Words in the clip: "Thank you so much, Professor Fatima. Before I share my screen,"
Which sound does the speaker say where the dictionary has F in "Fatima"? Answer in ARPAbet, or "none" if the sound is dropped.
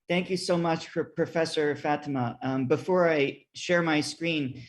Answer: F